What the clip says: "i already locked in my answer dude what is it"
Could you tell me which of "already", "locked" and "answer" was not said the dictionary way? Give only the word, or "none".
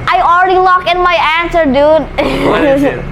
locked